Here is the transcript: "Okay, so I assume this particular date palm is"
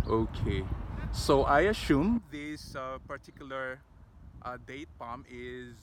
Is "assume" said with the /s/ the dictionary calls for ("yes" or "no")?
no